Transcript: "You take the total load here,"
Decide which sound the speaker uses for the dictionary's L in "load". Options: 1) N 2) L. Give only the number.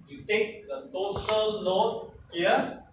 1